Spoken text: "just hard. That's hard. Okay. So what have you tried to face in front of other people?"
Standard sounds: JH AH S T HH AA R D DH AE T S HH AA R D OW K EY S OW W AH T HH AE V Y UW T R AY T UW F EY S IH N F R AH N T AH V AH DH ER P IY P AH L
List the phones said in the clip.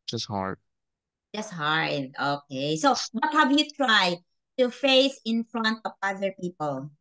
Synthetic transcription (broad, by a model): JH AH S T HH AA R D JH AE S HH AA R D OW K EY S OW W AH T HH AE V Y UW T R AY T UW F EY S IH N F R AH N T AH V AH DH ER P IY P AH L